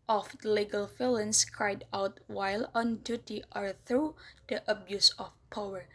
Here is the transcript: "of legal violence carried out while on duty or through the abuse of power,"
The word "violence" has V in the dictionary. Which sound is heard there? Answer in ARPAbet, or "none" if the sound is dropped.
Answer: F